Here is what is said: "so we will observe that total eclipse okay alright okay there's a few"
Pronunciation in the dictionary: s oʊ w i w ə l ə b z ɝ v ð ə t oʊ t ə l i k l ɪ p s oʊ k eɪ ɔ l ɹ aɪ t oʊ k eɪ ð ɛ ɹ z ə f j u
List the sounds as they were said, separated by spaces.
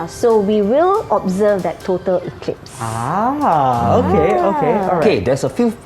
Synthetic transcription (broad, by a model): s oʊ w i w ə l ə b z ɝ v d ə t oʊ t ə l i k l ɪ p s oʊ k eɪ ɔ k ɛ oʊ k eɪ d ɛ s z ə f j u